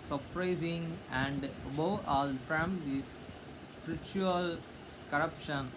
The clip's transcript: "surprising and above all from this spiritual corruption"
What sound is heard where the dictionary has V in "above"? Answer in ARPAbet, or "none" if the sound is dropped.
none